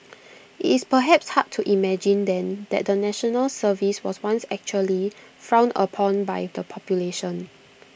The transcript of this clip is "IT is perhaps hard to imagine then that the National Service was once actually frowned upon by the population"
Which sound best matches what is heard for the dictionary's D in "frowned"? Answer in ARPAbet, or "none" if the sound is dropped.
none